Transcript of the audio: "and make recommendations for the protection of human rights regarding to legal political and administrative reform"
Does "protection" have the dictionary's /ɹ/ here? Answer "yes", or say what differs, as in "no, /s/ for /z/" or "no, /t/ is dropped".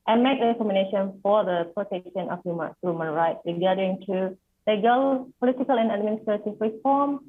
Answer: yes